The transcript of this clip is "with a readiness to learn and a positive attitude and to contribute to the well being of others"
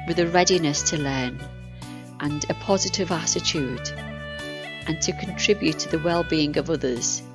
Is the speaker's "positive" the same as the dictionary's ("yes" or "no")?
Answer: yes